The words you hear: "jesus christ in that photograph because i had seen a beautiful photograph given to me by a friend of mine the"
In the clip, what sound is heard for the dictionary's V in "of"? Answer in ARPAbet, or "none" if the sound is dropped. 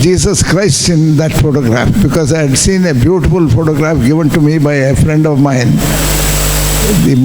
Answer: V